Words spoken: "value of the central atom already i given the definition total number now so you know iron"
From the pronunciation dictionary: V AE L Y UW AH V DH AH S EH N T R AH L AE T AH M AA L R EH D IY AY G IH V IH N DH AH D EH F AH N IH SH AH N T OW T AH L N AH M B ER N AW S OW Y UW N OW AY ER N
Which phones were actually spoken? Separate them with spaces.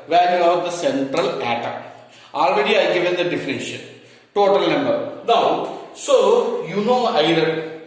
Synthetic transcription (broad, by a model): V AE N Y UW AH V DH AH S EH N T R AH L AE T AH AA L R EH D IY AY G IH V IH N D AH D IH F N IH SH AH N T OW T AH L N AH M B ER N AW S OW Y UW N OW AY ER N